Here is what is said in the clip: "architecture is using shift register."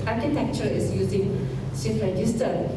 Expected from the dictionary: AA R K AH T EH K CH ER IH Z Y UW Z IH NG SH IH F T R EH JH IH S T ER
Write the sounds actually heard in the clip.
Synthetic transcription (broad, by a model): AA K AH T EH K CH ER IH S Y UW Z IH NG S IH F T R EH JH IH S T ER